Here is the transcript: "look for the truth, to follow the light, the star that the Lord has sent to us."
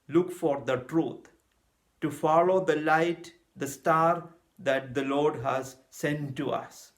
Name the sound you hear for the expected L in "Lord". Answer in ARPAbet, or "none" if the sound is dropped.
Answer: L